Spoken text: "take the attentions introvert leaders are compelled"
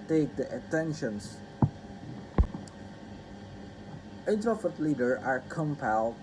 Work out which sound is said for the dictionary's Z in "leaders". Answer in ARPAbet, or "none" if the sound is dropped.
none